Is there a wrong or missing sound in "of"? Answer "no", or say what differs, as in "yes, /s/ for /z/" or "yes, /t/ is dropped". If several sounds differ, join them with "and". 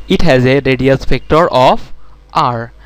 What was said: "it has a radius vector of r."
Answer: yes, /p/ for /v/